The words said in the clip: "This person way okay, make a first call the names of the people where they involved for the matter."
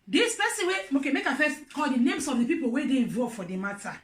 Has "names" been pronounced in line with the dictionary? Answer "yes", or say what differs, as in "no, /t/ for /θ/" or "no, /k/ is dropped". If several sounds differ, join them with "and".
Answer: no, /s/ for /z/